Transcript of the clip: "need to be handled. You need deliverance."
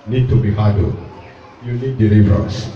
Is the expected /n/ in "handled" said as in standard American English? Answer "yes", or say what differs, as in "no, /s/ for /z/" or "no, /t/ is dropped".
no, /n/ is dropped